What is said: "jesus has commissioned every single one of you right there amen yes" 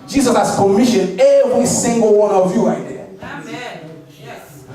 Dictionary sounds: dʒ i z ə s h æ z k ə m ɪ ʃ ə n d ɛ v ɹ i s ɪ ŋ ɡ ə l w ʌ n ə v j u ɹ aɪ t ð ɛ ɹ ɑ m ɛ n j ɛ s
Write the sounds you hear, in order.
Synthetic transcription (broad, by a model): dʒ i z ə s h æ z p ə m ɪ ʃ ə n ɛ v ɹ i s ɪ ŋ ɡ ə l w ʌ n ə v j u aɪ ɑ ɪ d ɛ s